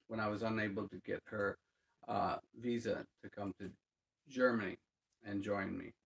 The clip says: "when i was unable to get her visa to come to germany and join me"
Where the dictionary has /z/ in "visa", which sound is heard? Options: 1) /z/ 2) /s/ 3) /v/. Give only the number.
1